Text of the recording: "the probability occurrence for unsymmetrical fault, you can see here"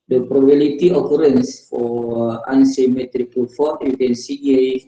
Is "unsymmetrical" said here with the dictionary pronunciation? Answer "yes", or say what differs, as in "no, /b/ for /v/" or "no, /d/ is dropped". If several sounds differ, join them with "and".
yes